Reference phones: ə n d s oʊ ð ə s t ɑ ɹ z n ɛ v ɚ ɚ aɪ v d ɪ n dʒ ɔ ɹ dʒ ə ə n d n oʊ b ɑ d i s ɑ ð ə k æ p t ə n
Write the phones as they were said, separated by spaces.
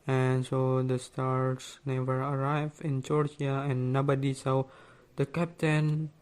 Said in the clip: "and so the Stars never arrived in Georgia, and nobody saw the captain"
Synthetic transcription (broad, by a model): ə n s oʊ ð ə s t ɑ ɹ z n ɛ v ɚ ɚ aɪ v ɪ n dʒ ɔ ɹ dʒ ə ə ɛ n oʊ b ɑ d i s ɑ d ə k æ p t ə n